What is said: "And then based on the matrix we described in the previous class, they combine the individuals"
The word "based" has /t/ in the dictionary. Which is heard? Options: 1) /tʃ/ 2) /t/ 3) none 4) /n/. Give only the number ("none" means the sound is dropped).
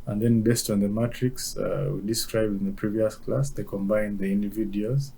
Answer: 2